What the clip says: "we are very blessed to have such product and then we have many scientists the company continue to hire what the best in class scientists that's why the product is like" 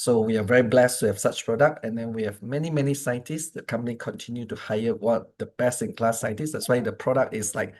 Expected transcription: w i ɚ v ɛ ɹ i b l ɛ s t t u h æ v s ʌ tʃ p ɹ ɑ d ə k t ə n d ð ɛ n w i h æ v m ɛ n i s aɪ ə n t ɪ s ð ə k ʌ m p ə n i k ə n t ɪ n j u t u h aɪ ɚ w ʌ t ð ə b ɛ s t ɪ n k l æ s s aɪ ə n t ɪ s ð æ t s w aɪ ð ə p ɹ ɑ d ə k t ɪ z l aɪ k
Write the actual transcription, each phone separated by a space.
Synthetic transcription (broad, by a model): w i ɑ v ɛ ɹ i b l ɛ s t t u h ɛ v s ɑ tʃ p ɹ ɑ d ə k t ə n d ɛ n w i h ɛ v m ɛ n i s aɪ ə n t ɪ s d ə k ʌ m p ə n i k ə n t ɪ n j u t u h aɪ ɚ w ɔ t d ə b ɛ s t ɪ n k l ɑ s s aɪ ə n t ɪ s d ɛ t s w aɪ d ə p ɹ ɑ d ə k t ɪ s l aɪ k